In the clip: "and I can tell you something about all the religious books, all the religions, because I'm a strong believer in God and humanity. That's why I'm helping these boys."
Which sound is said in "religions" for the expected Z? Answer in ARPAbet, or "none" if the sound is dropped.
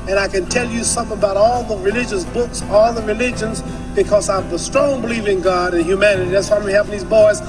Z